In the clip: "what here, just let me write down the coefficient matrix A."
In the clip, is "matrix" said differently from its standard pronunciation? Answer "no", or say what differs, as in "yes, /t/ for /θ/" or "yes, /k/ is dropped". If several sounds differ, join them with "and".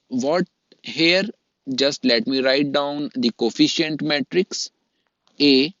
no